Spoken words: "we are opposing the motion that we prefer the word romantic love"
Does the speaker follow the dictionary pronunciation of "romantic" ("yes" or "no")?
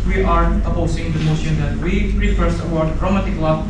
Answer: no